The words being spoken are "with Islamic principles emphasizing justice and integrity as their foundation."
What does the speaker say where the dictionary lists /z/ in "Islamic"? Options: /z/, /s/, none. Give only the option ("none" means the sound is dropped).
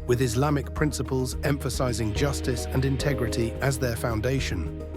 /z/